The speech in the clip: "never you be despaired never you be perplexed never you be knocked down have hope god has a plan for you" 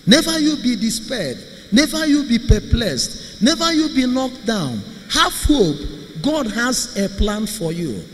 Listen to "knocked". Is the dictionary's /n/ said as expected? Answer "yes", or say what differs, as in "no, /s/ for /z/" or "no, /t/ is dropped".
no, /l/ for /n/